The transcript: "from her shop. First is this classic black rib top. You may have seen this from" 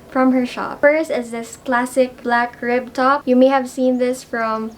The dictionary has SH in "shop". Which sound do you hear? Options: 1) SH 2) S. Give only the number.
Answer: 1